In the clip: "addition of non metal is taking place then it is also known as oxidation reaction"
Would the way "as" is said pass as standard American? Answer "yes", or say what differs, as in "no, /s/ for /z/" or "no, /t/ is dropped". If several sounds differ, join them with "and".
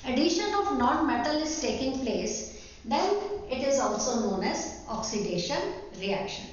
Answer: yes